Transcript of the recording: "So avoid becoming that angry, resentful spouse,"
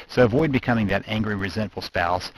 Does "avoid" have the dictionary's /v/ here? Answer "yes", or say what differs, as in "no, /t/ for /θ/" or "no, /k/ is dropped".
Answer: yes